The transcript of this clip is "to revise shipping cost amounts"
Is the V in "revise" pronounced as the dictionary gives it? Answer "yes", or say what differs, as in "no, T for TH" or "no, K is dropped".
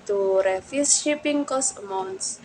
no, F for V